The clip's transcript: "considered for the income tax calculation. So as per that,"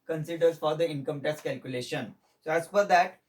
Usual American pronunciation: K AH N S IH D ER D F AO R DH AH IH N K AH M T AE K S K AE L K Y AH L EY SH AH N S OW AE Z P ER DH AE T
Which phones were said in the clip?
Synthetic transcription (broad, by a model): K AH N S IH D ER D F AO R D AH IH N K AH M T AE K S K AE L K Y AH L EY SH AH N S OW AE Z F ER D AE T